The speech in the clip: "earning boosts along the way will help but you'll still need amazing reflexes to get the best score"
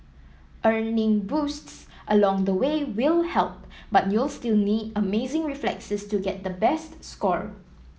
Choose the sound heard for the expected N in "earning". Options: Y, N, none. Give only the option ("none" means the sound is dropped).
N